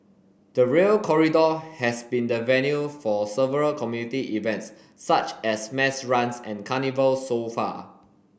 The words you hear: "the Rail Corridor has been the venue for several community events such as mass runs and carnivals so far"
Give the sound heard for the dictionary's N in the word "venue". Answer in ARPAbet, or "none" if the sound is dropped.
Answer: N